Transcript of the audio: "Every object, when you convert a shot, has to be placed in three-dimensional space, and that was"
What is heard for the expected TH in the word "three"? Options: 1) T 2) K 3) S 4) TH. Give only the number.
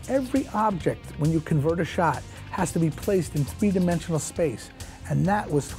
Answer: 4